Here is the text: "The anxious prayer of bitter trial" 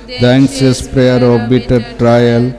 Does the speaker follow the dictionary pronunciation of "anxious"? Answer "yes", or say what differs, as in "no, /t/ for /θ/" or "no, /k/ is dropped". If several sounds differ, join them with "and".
no, /s/ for /ʃ/